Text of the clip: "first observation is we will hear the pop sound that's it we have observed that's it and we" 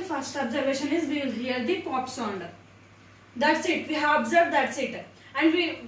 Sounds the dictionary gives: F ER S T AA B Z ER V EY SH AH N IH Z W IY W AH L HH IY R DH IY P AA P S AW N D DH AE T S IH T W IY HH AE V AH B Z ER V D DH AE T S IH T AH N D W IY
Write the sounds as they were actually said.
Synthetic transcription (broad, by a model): F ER S T AA B Z ER V EY SH AH N IH Z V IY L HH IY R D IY P AA P S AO N D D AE T S IH T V IY HH AE V AH B Z ER V D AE T S IH T AH N D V IY